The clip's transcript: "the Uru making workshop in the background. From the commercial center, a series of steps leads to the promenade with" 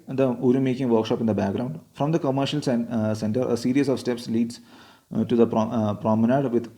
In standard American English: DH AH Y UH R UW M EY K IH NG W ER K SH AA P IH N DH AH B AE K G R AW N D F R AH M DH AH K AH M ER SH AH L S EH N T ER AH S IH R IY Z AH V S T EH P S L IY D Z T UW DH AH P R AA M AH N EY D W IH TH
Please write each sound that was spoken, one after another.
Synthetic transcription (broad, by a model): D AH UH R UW M EY K IH NG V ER K SH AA P IH N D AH B AE K G R AW N D F R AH M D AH K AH M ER SH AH L S EH N T ER AH S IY R IY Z AH V S T EH P S L IY D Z T UW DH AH P R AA M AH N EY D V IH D